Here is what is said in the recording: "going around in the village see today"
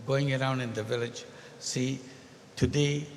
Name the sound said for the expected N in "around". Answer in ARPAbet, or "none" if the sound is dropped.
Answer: N